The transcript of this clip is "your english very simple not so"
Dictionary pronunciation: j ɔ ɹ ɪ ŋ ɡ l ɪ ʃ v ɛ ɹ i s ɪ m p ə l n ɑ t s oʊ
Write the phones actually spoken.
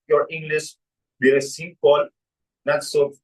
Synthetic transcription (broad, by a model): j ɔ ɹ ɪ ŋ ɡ l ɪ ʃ b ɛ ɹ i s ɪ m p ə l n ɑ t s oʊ